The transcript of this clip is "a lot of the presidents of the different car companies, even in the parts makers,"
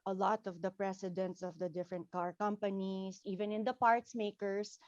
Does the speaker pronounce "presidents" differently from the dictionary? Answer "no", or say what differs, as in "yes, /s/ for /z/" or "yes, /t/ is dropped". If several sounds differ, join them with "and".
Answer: yes, /s/ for /z/